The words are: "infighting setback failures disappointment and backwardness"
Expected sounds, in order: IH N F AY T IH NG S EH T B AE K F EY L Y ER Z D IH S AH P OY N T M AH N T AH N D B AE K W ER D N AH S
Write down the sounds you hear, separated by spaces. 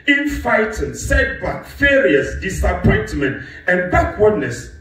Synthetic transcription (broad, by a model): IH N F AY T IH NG S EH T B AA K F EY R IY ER S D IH S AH P OY N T M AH N T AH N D B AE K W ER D N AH S